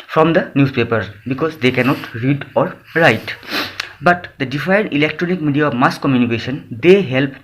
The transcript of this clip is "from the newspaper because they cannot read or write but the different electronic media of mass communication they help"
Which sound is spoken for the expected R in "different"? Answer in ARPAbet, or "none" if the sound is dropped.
none